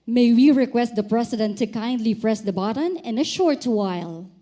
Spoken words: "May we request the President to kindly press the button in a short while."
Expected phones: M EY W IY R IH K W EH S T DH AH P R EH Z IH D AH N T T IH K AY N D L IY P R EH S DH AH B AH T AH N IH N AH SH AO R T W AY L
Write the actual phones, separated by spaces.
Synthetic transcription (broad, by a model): M EY W IY R IH K W EH S T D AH P R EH S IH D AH N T T IH K AY N D L IY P R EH S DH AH B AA T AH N IH N AH SH AO R T W AY L